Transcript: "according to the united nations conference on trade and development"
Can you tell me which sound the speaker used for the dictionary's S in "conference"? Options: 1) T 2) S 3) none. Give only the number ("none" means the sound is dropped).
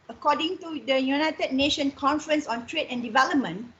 2